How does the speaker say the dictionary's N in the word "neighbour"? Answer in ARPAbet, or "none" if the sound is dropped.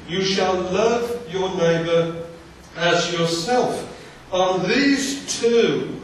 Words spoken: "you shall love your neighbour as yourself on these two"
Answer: N